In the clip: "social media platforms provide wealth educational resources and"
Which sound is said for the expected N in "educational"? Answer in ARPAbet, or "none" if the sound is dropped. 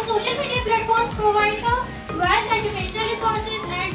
N